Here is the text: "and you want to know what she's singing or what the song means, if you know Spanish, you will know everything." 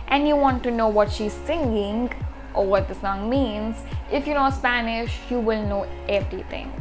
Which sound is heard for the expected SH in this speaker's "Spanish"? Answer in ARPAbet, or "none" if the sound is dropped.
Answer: SH